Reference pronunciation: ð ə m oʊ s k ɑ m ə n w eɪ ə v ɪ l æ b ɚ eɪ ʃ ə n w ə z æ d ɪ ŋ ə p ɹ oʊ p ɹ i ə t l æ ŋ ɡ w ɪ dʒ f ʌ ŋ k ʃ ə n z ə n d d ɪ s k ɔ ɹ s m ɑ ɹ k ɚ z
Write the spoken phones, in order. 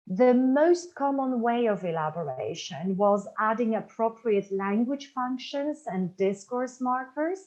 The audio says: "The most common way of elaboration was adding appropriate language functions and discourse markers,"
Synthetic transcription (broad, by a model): ð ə m oʊ s k ɑ m ə n w eɪ ə v ɪ l æ b ɚ eɪ ʃ ə n w ə z æ d ɪ ŋ ə p ɹ oʊ p ɹ i ə t l æ ŋ ɡ w ɪ dʒ f ʌ ŋ k ʃ ə n z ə n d d ɪ s k ɔ ɹ s m ɑ ɹ k ɚ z